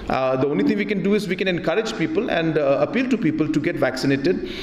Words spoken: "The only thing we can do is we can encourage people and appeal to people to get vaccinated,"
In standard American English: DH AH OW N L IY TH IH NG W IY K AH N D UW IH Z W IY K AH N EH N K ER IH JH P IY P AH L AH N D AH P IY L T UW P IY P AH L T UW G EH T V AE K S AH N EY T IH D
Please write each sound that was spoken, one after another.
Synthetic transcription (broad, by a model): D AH OW N L IY T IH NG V IY K AH N D UW IH Z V IY K AH N EH N K ER IH JH P IY P AH L AH N D AH P IY L T UW P IY P AH L T UW G EH T V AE K S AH N EY T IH D